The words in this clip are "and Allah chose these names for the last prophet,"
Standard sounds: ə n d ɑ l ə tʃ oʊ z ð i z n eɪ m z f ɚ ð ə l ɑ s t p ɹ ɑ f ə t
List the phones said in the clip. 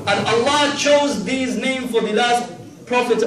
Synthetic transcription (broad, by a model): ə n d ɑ l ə tʃ oʊ z ð i z n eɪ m f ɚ ð ə l ɑ s t p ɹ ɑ f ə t